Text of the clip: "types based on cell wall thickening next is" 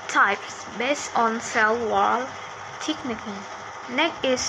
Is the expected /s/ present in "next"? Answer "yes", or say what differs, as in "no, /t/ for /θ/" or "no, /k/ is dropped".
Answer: no, /s/ is dropped